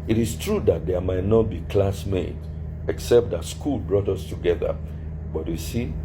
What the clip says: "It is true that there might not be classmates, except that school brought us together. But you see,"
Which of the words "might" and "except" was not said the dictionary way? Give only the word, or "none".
none